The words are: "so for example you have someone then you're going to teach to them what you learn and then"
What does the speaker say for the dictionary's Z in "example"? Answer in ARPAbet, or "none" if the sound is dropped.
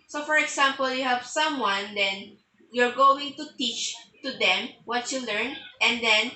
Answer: S